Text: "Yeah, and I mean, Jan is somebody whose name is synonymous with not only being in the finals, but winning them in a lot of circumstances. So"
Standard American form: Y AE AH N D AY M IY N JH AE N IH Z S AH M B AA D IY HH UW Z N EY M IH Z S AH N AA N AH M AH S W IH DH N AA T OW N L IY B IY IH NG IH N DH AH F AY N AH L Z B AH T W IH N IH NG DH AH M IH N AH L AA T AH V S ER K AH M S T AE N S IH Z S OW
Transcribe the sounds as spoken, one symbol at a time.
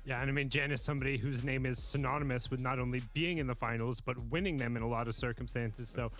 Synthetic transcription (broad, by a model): Y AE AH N AY M IY N JH AE N IH Z S AH M B AA D IY HH UW Z N EY M IH Z S AH N AA N AH M AH S W IH DH N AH T OW N L IY B IY IH NG IH N DH AH F AY N L Z B AH T W IH N IH NG DH AH M IH N AH L AA T AH V S ER K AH M S T AE N S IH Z S OW